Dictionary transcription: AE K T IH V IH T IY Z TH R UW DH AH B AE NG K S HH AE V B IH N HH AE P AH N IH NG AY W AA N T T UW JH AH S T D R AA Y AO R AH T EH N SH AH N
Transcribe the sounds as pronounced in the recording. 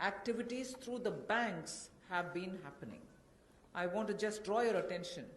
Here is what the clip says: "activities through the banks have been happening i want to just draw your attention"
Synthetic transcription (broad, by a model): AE K T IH V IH T IY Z T R UW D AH B AE NG K S HH AE V B IH N HH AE P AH N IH NG AY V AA N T T UW JH AH S T D R AA Y AO R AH T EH N SH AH N